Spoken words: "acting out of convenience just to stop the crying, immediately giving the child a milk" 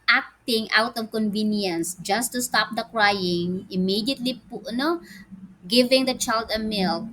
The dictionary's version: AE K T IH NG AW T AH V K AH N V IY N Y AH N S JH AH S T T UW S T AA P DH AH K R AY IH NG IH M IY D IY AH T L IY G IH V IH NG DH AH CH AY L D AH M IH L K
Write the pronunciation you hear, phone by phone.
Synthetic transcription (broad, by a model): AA K T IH NG AW T AH V K AH N V IY N Y AH N S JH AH S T T UW S T AA P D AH K R AY IH NG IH M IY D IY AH T N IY G IH V IH NG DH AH CH AY L D AH M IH L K